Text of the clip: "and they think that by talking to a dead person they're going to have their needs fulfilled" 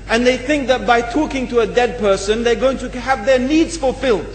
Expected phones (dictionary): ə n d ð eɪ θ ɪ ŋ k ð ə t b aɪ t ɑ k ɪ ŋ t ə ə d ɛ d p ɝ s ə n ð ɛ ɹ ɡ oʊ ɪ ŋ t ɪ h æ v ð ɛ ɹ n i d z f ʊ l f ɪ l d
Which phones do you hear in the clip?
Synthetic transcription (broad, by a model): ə n ð eɪ θ ɪ ŋ k ð ə t b aɪ t ɑ k ɪ ŋ t ə ə d ɛ d p ɝ s ə n ð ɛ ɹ ɡ oʊ ɪ ŋ t ɪ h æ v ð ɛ ɹ n i d z f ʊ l f ɪ l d